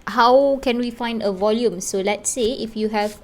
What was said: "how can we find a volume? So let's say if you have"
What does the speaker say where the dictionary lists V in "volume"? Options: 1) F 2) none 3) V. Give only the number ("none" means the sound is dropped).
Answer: 3